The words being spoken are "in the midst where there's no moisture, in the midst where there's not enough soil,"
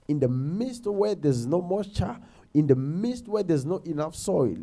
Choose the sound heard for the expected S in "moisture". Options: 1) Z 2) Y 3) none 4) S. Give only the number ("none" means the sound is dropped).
3